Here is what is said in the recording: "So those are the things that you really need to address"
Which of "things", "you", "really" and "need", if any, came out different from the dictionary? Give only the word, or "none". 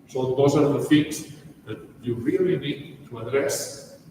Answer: things